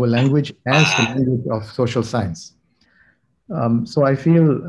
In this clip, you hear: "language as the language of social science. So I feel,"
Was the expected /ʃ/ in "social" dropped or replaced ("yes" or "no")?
no